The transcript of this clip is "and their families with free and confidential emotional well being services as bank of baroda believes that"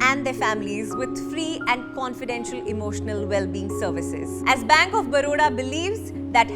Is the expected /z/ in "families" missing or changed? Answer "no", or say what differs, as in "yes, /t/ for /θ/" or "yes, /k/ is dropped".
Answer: no